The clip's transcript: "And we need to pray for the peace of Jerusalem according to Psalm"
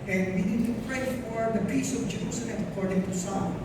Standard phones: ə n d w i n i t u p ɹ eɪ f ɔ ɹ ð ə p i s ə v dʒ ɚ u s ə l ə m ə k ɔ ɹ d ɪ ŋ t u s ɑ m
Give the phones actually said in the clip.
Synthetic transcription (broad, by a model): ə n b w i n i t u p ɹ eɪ f ɔ ɹ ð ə p i s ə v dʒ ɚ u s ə n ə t ə k ɔ ɹ d ɪ ŋ t u s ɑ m